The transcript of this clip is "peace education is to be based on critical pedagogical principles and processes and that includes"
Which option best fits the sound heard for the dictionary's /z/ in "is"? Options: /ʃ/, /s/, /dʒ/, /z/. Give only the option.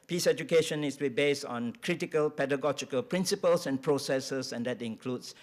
/s/